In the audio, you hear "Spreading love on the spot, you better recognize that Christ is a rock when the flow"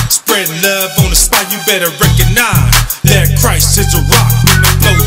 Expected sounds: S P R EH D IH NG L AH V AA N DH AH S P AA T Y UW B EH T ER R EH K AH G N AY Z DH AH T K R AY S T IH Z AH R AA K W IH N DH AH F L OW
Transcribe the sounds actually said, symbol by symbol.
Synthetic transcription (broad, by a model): S P R EH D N L AH V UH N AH S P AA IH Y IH B EH T ER R EH K AH G N AY Z DH AH T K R AY S IH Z AH R AA K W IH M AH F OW